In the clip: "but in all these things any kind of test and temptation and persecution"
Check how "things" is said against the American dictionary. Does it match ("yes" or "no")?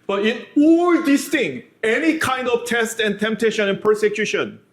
no